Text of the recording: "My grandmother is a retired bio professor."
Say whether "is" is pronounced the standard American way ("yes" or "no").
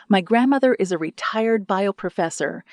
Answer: yes